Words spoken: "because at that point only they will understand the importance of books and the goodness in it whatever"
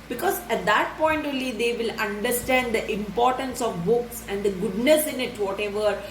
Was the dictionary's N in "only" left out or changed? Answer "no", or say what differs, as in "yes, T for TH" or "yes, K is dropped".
yes, N is dropped